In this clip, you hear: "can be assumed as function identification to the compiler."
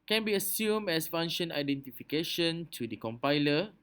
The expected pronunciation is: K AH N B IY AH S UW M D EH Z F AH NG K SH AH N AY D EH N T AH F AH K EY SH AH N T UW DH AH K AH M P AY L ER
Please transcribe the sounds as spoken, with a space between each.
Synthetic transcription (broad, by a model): K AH N B IY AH S UW M EH S F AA NG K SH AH N AY D EH N T AH F AH K EY SH AH N T UW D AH K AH M P AY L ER